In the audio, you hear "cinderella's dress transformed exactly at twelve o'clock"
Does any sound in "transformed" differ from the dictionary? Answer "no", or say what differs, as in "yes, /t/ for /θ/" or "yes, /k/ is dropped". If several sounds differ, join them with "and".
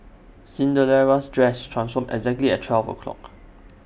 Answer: yes, /d/ is dropped